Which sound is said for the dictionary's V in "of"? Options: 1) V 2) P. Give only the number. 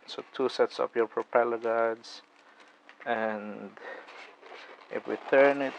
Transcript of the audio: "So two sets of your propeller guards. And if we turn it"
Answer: 2